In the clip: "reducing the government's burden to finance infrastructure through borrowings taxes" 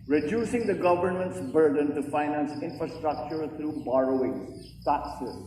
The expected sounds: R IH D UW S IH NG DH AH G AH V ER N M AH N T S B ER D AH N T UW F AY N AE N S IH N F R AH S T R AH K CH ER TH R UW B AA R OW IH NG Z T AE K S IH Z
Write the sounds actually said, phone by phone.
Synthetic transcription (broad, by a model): R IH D UW S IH NG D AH G AH V ER N M AH N T S B ER D AH N T UW F AY N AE N S IH N F R AH S T R AH K CH ER T R UW B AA R OW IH NG T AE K S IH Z